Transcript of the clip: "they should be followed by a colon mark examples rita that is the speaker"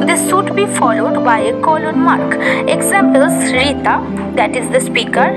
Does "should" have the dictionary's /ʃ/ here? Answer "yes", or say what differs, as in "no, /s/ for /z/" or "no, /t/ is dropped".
no, /s/ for /ʃ/